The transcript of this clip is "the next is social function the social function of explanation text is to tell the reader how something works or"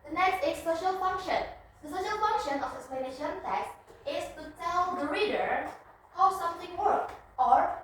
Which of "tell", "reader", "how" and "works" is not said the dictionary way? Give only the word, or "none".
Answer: works